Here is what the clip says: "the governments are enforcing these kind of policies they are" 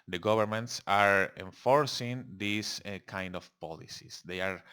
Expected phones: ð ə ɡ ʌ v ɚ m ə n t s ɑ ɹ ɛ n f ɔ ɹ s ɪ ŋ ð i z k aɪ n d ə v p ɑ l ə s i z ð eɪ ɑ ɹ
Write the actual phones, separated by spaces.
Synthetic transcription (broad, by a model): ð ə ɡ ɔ b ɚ m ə n t s ɑ ɹ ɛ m f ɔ ɹ s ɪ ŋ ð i s k aɪ n d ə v p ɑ l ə s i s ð eɪ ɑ ɹ